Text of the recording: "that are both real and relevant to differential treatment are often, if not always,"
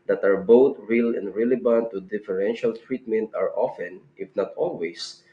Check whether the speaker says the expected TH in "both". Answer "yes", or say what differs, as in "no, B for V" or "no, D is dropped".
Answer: no, T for TH